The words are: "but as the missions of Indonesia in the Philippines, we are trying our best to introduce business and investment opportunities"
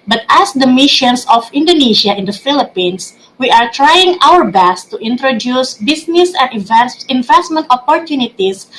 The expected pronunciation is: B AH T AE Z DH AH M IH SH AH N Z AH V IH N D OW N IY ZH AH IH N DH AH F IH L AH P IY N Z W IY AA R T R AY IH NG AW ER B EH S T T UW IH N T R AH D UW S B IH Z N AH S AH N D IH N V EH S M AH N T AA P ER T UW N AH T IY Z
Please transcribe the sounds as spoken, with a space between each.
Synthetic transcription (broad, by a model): B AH T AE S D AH M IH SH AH N S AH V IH N D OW N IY SH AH IH N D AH F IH L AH P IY N S W IY AA R T R AY IH NG AW ER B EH S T T UW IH N T R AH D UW S B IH S N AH S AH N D IH N V EH S M AH N T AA P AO T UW N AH T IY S